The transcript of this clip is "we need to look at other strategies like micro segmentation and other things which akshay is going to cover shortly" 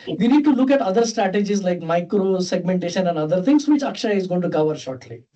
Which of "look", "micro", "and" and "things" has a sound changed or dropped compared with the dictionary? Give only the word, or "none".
things